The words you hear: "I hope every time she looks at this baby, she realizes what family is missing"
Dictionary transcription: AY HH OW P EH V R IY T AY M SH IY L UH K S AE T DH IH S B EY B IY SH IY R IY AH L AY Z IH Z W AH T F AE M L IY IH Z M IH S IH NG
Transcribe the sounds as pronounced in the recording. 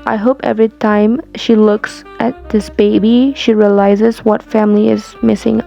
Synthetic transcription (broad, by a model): AY HH OW P EH V R IY T AY M SH IY L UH K S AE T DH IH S B EY B IY SH IY R IY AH L AY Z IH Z W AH T F AE M L IY IH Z M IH S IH NG